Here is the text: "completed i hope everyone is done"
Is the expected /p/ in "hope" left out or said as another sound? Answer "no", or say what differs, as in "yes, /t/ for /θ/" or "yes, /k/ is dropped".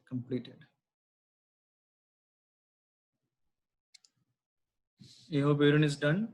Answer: yes, /b/ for /p/